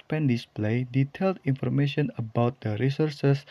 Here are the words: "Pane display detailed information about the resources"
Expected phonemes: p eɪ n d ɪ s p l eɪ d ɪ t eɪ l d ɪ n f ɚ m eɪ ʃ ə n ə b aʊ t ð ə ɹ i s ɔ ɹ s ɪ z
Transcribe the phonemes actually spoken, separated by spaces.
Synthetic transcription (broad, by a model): p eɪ n d ɪ s p l eɪ d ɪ t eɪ l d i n f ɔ m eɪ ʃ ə n ə b aʊ t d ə ɹ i s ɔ ɹ s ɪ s